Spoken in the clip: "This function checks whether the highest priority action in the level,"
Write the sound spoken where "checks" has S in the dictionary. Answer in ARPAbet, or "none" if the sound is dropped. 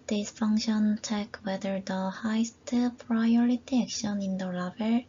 none